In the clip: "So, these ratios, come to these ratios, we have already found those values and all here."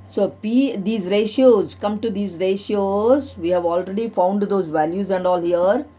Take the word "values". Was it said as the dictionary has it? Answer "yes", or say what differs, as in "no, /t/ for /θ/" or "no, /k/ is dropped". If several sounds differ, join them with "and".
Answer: yes